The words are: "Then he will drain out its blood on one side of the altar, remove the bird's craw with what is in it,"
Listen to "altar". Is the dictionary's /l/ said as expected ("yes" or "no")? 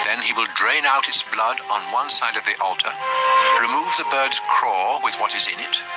yes